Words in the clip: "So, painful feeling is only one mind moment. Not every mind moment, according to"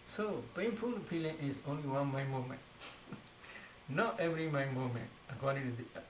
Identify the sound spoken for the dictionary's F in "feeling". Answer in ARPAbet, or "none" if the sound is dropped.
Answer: P